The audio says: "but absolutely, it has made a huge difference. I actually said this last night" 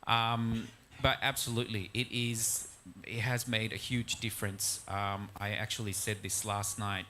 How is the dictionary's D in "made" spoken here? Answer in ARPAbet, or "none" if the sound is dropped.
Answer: D